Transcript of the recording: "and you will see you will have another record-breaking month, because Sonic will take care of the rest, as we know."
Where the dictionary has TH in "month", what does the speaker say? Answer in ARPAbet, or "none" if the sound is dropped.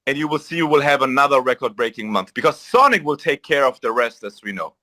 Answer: TH